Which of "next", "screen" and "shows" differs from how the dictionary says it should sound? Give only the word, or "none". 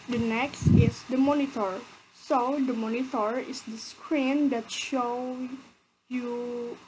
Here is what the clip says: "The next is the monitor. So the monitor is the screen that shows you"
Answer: shows